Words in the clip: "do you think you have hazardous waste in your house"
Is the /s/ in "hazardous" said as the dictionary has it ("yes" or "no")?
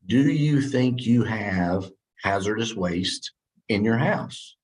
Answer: yes